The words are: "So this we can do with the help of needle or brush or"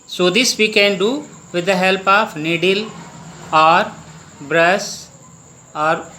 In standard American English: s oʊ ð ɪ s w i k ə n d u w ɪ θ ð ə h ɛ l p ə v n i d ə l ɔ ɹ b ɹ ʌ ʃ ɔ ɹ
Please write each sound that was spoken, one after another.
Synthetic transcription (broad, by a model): s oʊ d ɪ s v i k ə n d u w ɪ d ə h ɛ l p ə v n i d ə l ɔ ɹ b ɹ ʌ s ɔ ɹ